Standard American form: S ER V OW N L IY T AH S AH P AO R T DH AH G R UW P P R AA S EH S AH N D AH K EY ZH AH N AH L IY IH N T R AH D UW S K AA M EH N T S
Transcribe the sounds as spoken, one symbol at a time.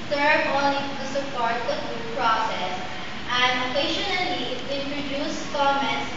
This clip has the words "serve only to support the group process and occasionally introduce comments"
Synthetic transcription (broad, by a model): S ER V OW N L IY T AH S AH P AO R T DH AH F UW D P R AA S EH S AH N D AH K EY SH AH N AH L IY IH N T R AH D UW S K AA M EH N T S